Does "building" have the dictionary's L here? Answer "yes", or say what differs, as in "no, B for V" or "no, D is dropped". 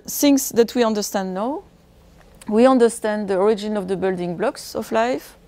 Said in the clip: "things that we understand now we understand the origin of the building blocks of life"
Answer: yes